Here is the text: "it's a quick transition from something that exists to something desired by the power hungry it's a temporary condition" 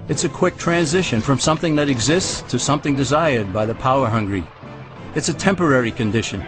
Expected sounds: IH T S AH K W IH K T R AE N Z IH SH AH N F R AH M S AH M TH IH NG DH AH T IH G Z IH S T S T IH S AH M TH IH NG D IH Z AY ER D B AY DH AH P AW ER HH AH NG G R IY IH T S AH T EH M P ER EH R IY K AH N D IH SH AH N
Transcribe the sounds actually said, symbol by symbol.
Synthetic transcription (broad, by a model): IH T S AH K W IH K T R AE N Z IH SH AH N F R AH M S AH M TH IH NG DH AH T IH G Z IH S T S T IH S AH M TH IH NG D IH Z AY ER D B AY DH AH P AW ER HH AH NG G R IY IH T S AH T EH M P ER EH R IY K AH N D IH SH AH N